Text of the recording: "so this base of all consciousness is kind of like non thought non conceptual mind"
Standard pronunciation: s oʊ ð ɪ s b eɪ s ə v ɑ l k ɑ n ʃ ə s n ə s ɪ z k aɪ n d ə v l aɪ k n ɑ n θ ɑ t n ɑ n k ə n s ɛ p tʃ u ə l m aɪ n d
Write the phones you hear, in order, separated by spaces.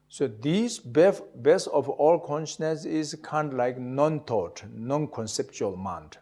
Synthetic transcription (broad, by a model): s oʊ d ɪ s b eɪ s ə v ɑ l k ɑ n ʃ ə s n ə s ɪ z k aɪ n d l aɪ k n ɑ n t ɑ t n ɑ n k ə n s ɛ p tʃ u ə l m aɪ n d